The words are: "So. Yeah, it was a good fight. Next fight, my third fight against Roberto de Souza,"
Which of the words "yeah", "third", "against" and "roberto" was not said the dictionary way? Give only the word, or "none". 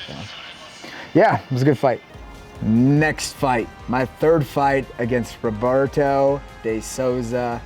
none